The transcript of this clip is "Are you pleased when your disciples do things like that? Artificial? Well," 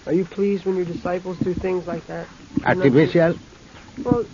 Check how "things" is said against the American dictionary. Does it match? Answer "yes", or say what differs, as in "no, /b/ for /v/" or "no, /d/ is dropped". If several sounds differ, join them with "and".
yes